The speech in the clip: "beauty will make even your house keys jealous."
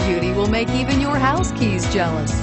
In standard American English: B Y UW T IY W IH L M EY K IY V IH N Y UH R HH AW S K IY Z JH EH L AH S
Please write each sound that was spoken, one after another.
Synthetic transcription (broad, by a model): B Y UW T IY W IH L M EY K IY V IH N Y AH R HH AW S K IY Z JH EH L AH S